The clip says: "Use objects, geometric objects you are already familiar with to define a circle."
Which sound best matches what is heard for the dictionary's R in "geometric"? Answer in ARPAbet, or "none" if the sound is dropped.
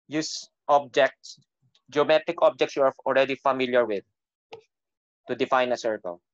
none